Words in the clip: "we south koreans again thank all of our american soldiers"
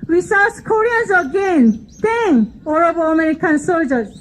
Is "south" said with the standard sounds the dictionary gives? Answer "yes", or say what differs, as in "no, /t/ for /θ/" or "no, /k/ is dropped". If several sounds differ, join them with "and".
no, /s/ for /θ/